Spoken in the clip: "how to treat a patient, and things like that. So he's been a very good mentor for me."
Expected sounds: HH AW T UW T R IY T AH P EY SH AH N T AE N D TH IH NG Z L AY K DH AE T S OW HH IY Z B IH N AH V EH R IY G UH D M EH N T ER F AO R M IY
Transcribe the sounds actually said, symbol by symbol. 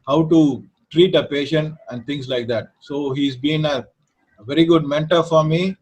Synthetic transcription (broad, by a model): HH AW T UW T R IY T AH P EY SH AH N T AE N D T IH NG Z L AY K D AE T S OW HH IY Z B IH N AH V EH R IY G UH D M EH N T ER F AO R M IY